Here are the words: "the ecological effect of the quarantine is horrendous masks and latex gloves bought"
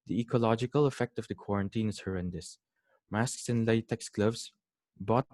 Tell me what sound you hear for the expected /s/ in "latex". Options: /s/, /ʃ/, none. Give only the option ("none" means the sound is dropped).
/s/